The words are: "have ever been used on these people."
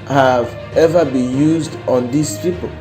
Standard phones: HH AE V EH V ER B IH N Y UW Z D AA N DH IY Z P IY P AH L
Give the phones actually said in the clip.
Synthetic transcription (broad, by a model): HH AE V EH V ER B IH N Y UW Z D AA N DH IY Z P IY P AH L